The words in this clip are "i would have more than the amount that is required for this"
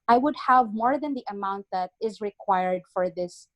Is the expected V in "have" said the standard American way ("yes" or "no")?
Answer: yes